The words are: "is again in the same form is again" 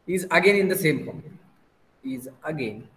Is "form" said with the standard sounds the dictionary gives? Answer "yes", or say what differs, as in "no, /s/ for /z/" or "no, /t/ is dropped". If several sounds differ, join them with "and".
no, /p/ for /f/